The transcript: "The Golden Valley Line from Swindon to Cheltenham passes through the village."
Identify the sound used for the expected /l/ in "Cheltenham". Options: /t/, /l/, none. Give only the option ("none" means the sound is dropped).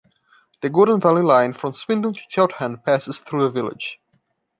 none